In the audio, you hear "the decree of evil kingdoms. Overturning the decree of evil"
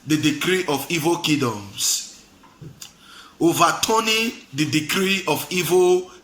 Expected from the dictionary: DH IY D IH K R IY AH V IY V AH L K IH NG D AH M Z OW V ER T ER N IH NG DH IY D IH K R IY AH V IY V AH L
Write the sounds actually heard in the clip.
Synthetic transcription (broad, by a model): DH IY D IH K R IY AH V IY V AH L K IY D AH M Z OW V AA T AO N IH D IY D IH K R IY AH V IY V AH